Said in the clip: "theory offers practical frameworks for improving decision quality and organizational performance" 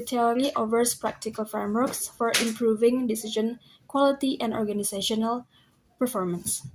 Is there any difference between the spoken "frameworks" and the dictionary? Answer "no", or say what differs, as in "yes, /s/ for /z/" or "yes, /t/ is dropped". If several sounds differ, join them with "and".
no